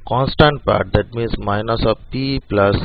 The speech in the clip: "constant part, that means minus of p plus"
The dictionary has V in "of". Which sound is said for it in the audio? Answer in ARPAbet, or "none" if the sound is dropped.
P